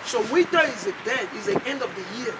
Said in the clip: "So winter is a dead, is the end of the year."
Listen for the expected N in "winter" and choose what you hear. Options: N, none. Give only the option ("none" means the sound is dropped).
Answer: none